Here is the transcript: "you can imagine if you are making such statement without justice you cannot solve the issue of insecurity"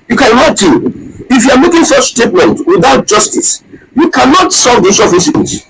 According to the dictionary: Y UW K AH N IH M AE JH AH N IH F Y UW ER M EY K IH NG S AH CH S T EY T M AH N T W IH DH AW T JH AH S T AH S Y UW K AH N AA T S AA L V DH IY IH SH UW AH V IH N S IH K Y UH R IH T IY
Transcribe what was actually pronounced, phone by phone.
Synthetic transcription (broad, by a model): Y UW K AH N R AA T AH IH F Y UW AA M EY K IH NG S AH CH S T EY T M AH N T W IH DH AW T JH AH S T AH S Y UW K AH N AA T S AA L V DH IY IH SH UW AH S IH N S